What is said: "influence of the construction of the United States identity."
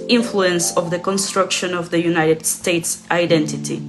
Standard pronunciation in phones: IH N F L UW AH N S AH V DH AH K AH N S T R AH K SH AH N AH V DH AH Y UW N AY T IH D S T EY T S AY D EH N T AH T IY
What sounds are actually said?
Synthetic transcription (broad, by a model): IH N F L UW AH N S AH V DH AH K AH N S T R AH K SH AH N AH V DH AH Y UW N AY T IH D S T EY T S AY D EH N T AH T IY